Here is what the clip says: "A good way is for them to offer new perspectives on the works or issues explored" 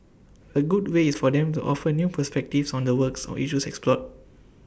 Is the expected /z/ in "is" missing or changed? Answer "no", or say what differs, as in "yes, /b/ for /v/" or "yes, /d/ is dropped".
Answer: yes, /s/ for /z/